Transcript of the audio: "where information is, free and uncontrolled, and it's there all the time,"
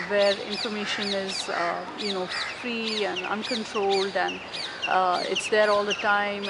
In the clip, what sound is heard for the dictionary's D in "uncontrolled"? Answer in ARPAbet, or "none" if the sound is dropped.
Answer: D